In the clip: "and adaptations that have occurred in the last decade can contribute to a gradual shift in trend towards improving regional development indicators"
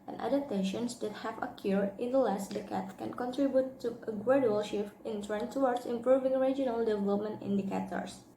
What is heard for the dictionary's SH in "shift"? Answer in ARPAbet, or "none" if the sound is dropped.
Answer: SH